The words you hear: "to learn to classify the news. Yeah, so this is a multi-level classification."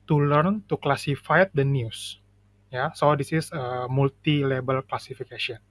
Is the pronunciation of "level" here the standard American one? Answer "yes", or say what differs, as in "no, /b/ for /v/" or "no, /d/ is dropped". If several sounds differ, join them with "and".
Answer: no, /b/ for /v/